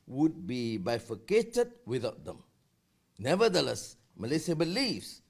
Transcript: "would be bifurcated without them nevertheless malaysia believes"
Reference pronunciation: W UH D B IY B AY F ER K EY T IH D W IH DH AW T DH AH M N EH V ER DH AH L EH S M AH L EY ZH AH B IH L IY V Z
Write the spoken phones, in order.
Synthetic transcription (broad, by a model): W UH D B IY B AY F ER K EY T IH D W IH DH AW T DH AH M N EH V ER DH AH L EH S M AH L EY S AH B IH L IY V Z